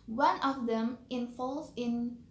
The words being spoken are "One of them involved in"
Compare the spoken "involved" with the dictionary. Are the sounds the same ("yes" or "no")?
no